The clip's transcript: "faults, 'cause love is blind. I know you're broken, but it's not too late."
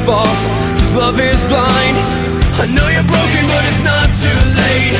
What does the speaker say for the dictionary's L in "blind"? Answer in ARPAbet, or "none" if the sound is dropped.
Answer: L